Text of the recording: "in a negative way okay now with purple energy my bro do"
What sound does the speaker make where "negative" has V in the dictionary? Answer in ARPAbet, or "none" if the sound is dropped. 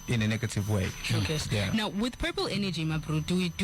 V